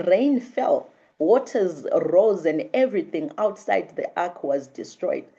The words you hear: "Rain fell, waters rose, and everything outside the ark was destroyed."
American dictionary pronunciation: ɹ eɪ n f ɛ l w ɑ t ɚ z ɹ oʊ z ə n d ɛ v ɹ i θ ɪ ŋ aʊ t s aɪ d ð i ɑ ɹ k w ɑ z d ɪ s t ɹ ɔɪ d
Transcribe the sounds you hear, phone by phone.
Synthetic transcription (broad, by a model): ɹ eɪ n f ɛ l w ɑ t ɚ z ɹ oʊ z ə n d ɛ v ɹ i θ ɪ ŋ aʊ t s aɪ d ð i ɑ k w ɑ z d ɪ s t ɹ ɔɪ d